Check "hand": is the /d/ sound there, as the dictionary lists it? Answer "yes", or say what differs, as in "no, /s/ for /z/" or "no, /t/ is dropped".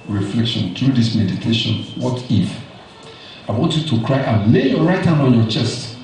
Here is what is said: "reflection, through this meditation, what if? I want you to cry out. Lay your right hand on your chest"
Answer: no, /d/ is dropped